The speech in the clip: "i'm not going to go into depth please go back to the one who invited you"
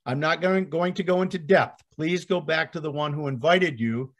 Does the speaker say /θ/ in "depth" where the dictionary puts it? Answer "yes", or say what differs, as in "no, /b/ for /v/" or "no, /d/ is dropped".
yes